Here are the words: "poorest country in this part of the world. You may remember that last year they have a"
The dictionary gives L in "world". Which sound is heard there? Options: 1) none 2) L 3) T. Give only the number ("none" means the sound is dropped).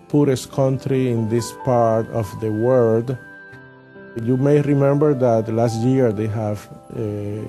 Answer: 1